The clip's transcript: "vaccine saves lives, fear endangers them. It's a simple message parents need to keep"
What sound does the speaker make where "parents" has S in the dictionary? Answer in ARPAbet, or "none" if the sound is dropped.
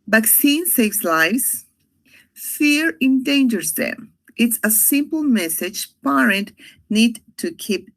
none